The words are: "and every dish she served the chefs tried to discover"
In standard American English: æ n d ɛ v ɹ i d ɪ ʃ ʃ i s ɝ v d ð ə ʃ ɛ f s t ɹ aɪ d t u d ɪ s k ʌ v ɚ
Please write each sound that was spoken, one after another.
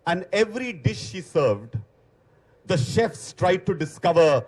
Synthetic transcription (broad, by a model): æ n d ɛ v ɹ i d ɪ ʃ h i s ɝ v d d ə ʃ ɛ f s t ɹ aɪ d t u d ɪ s k ʌ v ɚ